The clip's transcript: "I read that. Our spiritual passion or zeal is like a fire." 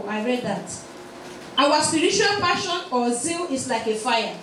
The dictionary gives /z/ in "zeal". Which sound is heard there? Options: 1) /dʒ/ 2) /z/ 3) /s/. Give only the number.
2